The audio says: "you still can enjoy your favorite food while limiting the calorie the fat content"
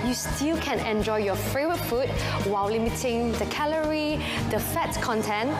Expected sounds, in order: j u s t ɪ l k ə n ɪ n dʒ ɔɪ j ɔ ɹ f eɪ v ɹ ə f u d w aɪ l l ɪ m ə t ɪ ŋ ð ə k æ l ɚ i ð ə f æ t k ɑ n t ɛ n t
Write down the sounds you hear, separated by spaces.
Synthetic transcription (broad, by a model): j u s t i l k ə n ɪ n dʒ ɔɪ j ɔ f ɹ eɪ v ə f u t w aɪ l l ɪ m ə t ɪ ŋ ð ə k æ l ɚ i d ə f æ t k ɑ n t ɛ n